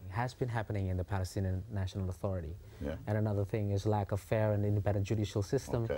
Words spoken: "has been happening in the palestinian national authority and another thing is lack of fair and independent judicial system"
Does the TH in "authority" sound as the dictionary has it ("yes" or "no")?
yes